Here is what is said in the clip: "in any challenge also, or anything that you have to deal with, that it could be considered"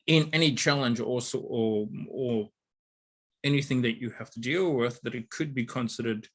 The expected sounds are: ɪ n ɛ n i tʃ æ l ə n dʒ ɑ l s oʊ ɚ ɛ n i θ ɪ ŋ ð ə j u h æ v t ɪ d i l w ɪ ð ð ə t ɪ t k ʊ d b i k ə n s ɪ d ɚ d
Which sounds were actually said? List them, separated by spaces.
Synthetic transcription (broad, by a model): ɪ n ɛ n i tʃ æ l ə n dʒ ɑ l s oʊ ɚ ɛ n i θ ɪ ŋ ð ə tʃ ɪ h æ f t ɪ d i l w ɪ ð ð ə t ɪ t k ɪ d b i k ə n s ɪ d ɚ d